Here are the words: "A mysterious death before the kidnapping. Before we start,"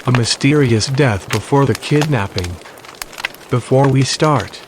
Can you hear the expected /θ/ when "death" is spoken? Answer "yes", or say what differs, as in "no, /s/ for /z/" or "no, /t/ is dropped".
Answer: yes